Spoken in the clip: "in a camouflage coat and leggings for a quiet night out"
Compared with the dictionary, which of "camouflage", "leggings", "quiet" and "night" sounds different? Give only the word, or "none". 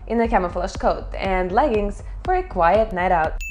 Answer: camouflage